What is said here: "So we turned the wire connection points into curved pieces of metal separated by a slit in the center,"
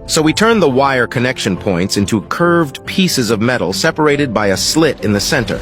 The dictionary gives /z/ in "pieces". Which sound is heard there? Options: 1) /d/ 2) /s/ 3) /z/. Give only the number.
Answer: 3